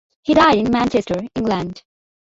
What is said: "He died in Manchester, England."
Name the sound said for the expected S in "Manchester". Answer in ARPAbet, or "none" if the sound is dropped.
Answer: S